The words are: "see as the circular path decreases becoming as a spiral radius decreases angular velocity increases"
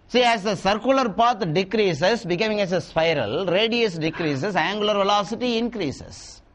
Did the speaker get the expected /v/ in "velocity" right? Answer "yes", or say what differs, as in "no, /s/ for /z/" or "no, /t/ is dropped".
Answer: yes